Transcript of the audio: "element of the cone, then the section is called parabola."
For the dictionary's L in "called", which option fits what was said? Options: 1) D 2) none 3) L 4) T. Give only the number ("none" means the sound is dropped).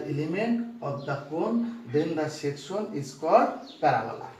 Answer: 2